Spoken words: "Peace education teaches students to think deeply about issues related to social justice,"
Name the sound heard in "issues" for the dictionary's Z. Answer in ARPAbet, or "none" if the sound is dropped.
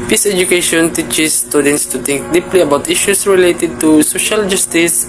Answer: S